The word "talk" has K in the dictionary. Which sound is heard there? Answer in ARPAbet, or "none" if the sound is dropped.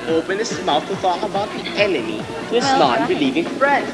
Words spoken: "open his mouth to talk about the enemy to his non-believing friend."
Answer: none